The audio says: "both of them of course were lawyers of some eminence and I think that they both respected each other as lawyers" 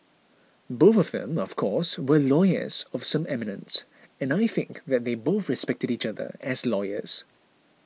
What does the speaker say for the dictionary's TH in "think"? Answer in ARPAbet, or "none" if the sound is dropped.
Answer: TH